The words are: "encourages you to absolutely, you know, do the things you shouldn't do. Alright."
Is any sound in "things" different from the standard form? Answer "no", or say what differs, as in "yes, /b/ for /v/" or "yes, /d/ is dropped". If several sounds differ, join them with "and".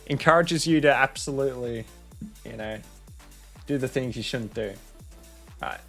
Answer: no